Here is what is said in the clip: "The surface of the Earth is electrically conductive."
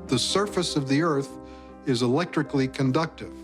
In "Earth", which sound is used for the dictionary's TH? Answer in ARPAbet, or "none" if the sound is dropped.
TH